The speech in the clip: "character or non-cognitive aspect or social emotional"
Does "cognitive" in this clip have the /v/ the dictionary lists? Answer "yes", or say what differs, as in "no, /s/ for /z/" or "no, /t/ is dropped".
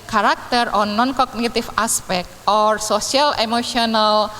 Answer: no, /f/ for /v/